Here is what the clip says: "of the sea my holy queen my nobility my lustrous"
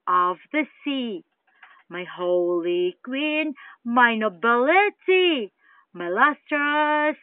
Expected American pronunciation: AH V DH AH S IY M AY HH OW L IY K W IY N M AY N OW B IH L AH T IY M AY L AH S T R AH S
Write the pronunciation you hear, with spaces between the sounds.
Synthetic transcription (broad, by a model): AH V DH AH S IY M AY HH OW L IY K W IY N M AY N OW B IH L AH T IY M AY L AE S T R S